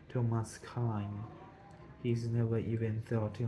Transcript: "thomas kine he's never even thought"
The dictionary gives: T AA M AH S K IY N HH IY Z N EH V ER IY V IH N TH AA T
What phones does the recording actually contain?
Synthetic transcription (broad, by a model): T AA M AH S K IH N HH IY Z N EH V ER IY V IH N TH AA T